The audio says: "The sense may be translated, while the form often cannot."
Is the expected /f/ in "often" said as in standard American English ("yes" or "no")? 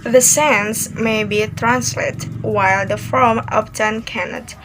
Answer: no